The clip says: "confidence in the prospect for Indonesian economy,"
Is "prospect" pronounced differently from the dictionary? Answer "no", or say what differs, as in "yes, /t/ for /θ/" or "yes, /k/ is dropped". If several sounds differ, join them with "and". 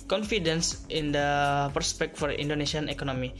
yes, /ɹ/ is dropped